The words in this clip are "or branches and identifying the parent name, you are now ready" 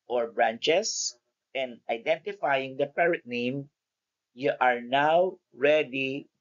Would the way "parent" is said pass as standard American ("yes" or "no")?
no